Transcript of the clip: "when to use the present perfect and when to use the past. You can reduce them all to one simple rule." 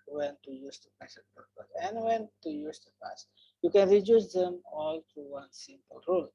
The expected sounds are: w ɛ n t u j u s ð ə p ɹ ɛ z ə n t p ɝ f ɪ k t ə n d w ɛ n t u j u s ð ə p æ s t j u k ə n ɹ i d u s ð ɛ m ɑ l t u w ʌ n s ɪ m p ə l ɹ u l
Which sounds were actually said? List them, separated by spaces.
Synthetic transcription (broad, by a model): w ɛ n t u j u s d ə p ɛ s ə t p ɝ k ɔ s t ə n w ɛ n t u j u s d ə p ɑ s j u k ə n ɹ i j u s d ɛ m ɑ l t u w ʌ n s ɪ m p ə l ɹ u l